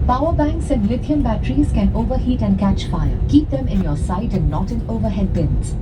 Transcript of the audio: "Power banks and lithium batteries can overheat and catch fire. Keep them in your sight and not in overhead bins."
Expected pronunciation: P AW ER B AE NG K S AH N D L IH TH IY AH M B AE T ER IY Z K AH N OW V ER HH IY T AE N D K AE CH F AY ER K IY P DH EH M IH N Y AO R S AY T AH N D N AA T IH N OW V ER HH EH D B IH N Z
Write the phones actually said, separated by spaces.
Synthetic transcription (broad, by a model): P AW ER B AE NG K S AH N D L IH T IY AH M B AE T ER IY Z K AH N OW V ER HH IY T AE N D K AE CH F AY ER K IY P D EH M IH N Y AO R S AY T AH N D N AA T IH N OW V ER HH EH D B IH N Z